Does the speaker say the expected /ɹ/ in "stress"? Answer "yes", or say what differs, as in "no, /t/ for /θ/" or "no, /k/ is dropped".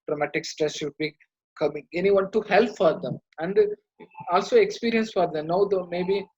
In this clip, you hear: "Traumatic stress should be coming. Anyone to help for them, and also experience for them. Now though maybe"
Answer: yes